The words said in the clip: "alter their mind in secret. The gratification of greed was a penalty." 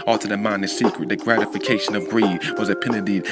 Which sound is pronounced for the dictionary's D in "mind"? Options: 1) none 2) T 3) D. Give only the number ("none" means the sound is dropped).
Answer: 1